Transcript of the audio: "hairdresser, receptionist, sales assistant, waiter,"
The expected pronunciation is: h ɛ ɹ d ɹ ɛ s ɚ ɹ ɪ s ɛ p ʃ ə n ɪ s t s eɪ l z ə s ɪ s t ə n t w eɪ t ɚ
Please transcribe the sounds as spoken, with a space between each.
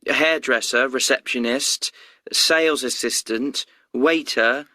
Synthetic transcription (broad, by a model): h ɛ d ɹ ɛ s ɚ ɹ ɪ s ɛ p ʃ ə n ɪ s t s eɪ l z ə s ɪ s t ə n t w eɪ t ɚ